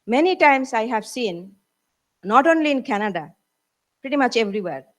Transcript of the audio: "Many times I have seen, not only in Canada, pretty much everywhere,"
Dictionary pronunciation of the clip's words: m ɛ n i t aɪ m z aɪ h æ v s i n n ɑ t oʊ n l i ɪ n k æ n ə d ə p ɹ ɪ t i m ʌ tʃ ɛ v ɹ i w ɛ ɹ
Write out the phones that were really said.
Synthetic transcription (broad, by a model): m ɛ n i t aɪ m s aɪ h æ v s i n n ɑ t oʊ n l i ɪ n k æ n ə d ə p ɹ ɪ t i m ʌ tʃ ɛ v ɹ i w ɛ ɹ